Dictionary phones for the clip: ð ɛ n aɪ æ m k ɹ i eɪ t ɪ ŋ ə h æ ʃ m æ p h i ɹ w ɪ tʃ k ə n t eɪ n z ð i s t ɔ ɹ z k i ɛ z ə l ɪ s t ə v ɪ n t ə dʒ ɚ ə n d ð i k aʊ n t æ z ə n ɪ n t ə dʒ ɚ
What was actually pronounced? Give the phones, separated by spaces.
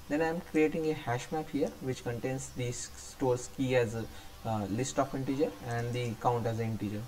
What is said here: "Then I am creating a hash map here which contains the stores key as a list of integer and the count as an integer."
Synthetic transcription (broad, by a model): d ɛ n aɪ m k ɹ i eɪ t ɪ ŋ ə h æ ʃ m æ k h i ɹ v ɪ tʃ k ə n t eɪ n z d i s t ɔ ɹ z k i ɛ z ə l ɪ s t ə f ɪ n t ə dʒ ɚ ə n d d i k aʊ n t æ z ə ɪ n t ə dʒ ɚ